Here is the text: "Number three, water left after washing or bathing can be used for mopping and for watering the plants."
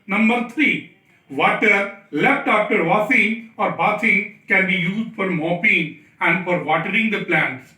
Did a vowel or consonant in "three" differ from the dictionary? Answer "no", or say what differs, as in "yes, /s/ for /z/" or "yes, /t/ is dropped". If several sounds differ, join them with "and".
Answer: yes, /t/ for /θ/